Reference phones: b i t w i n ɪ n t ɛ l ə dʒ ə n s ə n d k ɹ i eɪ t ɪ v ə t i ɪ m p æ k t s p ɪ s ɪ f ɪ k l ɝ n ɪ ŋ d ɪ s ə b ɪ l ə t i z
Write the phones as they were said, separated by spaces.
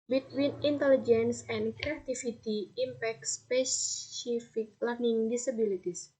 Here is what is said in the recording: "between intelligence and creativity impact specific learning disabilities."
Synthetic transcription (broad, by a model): b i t w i n ɪ n t ɛ l ə dʒ ə n s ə n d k ɹ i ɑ t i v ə t i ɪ m p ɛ k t s p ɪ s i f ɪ k l ɝ n ɪ ŋ d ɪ s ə b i l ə t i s